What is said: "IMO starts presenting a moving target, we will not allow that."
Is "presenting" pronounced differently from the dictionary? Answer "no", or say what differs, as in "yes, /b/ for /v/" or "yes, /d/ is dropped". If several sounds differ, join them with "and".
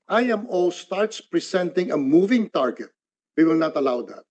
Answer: yes, /s/ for /z/